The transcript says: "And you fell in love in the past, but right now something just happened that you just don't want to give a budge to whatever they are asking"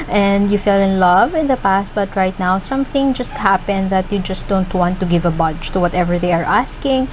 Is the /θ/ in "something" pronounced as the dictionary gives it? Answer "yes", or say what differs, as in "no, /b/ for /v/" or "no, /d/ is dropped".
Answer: yes